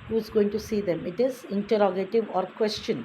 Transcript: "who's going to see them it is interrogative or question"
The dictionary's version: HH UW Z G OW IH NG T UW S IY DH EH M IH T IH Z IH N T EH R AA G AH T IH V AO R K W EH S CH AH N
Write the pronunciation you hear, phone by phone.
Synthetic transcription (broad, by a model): HH UW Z G OW IH NG T UW S IY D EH M IH T IH Z IH N T EH R AA G AH T IH V AO R K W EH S CH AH N